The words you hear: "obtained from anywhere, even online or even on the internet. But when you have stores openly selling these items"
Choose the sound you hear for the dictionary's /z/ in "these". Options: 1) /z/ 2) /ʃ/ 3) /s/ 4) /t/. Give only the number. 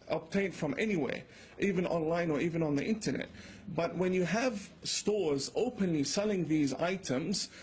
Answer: 1